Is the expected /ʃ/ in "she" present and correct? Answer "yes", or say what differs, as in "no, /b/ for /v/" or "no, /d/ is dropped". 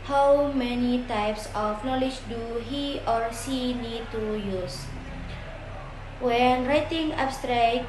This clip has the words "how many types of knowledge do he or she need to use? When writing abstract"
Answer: no, /s/ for /ʃ/